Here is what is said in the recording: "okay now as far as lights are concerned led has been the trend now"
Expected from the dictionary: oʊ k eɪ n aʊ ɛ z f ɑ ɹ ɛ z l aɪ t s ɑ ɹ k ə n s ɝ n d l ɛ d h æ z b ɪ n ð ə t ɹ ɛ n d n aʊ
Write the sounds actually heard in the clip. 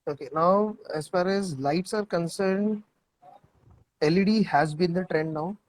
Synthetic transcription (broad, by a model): oʊ k eɪ n aʊ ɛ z f ɑ ɹ ɛ z l aɪ t s ɑ ɹ k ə n s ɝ n d l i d h æ z b ɪ n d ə t ɹ ɛ n d n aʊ